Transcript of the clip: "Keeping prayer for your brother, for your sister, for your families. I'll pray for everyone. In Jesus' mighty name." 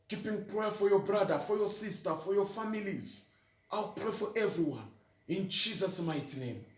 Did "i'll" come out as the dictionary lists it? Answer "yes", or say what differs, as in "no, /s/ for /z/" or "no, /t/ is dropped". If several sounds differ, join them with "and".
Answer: yes